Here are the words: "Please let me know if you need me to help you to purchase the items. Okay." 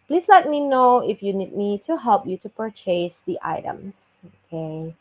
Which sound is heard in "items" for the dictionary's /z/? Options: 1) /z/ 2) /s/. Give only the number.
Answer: 2